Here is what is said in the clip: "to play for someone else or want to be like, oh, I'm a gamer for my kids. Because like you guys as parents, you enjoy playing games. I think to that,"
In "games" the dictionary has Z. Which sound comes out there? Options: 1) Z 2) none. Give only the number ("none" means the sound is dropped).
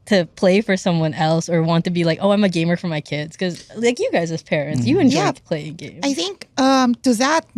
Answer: 2